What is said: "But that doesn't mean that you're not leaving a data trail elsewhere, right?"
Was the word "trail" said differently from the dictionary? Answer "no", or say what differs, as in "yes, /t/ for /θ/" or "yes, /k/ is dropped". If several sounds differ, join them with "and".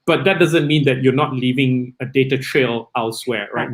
no